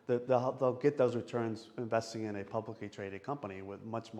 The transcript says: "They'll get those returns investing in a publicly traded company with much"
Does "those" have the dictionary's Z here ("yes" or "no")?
yes